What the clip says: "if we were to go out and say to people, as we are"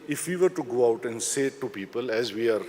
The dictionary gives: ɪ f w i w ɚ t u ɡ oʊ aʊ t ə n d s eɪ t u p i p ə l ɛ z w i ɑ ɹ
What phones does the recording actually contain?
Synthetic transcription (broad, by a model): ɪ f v i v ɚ t u ɡ oʊ aʊ t ə n d s eɪ t u p i p ə l ɛ z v i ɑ ɹ